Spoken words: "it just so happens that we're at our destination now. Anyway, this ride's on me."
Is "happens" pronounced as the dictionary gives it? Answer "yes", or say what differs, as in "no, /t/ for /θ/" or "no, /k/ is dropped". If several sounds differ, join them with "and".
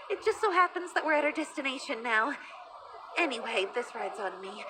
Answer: yes